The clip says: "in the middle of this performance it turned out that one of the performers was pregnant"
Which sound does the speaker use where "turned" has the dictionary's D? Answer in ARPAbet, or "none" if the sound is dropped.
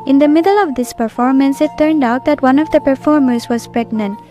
D